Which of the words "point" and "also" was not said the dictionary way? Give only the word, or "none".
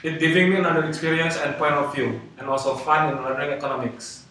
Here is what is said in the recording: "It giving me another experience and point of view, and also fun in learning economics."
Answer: also